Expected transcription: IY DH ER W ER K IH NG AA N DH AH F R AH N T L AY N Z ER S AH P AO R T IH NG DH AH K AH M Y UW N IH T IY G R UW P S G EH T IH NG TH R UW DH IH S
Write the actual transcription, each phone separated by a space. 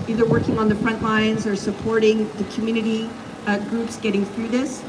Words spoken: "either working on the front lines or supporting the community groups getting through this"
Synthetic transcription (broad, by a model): IY DH ER W ER K IH NG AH N DH AH F R AH N T L AY N Z ER S AH P AO R T IH NG DH AH K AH M Y UW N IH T IY G R UW P S G EH T IH NG TH R UW DH IH S